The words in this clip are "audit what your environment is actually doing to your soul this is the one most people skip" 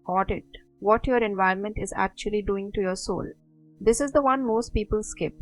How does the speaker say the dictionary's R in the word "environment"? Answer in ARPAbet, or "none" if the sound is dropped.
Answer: none